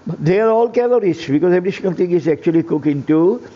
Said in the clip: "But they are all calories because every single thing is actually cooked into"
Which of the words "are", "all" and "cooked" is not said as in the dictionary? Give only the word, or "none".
cooked